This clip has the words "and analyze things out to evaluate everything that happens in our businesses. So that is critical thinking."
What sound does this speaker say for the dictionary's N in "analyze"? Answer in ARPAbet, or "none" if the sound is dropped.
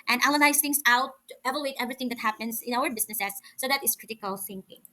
L